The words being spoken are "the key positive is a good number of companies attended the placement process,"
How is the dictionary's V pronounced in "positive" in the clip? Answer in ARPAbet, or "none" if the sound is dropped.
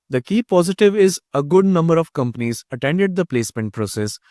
V